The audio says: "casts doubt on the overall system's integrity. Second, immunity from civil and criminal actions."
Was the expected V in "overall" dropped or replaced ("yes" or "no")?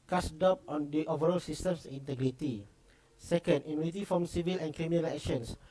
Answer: no